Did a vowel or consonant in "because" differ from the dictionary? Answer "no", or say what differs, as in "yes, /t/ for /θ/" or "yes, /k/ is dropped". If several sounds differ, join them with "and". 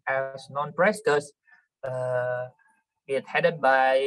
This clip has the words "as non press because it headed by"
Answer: yes, /z/ is dropped